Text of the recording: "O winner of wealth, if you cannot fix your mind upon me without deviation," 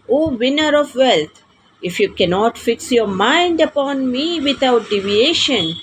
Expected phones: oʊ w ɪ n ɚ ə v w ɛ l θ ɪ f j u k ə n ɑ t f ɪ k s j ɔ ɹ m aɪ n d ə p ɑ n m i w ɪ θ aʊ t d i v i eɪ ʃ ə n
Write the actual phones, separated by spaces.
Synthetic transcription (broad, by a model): oʊ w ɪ n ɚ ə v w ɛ l t ɪ f j u k ə n ɑ t f ɪ k s j ɔ ɹ m aɪ n d ə p ɑ n m i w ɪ t aʊ t d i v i eɪ ʃ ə n